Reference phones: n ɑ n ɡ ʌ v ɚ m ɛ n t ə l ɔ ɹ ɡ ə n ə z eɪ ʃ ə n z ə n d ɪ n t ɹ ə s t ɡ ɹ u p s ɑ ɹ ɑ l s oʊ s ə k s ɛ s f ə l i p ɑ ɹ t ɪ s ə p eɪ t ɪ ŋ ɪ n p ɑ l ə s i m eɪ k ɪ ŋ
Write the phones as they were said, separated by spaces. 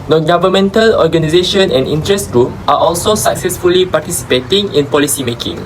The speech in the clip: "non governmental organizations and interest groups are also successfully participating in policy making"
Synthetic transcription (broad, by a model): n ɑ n ɡ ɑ v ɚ m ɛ n t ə l ɔ ɡ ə n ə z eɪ ʃ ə n ə n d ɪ n t ɹ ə s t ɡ ɹ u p ɑ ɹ ɑ l s oʊ s ə k s ɛ s f ə l i p ɑ t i s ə p eɪ t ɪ ŋ ɪ n p ɑ l ə s i m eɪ k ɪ ŋ